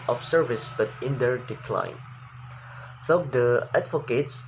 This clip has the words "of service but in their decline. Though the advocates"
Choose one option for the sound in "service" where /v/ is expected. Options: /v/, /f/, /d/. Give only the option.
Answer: /v/